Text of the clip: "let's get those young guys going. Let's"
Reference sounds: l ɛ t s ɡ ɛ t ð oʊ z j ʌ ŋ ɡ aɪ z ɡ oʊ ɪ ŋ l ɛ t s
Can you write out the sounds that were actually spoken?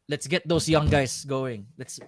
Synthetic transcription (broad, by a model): l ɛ t s ɡ ɛ t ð oʊ s j ʌ ŋ ɡ aɪ s ɡ oʊ ɪ ŋ l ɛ t s